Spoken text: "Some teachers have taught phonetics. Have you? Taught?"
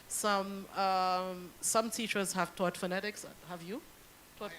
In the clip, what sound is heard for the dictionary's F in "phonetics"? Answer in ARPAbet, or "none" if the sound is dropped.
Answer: F